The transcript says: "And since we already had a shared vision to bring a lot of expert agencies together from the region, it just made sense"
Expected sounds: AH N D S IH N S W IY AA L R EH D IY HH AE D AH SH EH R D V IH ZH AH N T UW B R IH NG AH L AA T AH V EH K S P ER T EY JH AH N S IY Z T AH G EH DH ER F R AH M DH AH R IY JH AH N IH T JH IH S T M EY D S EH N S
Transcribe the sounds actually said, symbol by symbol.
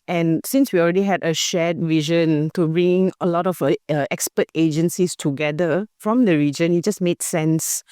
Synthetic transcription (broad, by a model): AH N S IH N S W IY AA L R EH D IY HH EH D AH SH EH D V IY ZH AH N T UW B R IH NG AH L AA T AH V EH K S P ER T EY JH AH N S IY S T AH G EH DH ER F R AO M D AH R IY JH AH N IH T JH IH S M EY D S EH N S